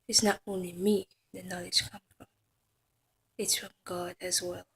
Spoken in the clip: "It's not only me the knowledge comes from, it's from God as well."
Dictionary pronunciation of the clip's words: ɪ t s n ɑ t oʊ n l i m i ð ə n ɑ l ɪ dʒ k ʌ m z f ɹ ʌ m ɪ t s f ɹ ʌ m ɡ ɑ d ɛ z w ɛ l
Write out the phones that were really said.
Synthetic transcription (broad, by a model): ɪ t s n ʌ t oʊ n l i m i ð ə n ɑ l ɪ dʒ k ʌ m f ɹ ʌ m ɪ t s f ɹ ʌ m ɡ ɑ d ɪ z w ɛ l